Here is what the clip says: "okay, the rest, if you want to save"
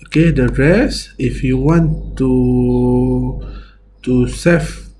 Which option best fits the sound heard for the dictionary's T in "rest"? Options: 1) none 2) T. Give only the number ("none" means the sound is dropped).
1